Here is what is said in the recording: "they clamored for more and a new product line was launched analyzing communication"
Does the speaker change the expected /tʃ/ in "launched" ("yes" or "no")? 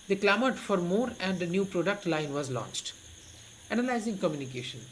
no